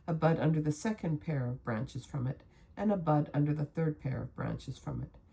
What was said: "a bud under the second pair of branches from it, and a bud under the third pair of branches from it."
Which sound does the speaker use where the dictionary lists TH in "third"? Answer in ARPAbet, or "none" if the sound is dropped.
TH